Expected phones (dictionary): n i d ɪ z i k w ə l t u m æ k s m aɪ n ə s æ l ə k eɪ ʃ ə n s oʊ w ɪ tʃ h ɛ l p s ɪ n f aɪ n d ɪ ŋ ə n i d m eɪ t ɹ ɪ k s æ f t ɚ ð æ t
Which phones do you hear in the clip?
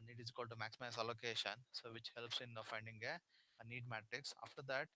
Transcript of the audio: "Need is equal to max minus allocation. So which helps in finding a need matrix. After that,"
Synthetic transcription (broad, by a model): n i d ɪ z k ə l t u m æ k s m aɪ ə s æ l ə k eɪ ʃ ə n s oʊ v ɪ tʃ h ɛ l p s ɪ n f aɪ n d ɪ ŋ ə n i d m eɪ t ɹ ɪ k s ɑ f t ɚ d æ t